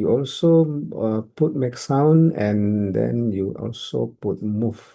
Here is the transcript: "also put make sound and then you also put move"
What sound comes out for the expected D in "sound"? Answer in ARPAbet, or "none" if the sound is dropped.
none